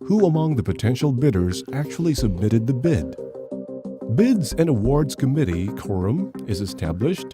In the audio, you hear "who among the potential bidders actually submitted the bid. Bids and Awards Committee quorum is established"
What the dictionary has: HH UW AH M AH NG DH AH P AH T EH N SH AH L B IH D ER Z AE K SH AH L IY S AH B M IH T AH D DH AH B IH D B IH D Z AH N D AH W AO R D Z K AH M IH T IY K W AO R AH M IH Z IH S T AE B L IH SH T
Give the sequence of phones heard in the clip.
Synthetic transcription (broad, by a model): HH UW AH M AH NG DH AH P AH T EH N SH L B IH D ER Z AE K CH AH L IY S AH B M IH T AH D DH AH B IH D B IH D Z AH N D AH W AO R D Z K AH M IH T IY K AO R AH M IH Z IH S T AE B L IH SH T